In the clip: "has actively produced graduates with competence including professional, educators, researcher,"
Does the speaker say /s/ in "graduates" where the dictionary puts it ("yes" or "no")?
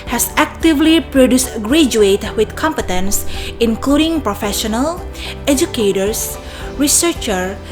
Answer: no